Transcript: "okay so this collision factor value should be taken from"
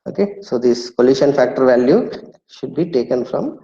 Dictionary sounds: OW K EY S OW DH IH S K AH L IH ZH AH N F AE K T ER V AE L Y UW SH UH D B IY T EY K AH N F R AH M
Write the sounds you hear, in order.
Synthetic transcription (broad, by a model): OW K EY S OW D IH S K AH L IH SH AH N F AE K T ER V AE L Y UW SH UH D B IY T EY K AH N F R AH M